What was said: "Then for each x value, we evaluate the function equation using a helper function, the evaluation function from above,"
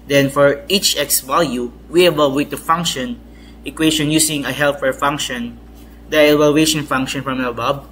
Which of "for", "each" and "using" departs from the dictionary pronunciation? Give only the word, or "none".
using